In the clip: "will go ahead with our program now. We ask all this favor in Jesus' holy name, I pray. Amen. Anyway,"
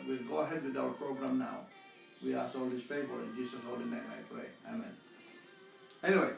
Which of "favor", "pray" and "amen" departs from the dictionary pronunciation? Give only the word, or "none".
favor